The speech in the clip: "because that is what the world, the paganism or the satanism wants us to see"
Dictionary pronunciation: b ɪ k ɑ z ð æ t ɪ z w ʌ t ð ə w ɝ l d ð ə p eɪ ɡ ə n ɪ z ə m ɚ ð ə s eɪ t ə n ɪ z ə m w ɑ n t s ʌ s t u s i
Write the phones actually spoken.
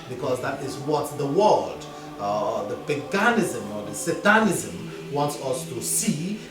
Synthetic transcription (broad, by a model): b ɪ k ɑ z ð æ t ɪ z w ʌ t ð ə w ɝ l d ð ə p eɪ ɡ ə n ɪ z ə m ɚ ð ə s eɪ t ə n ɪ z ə m w ɑ n t s ʌ s t u s i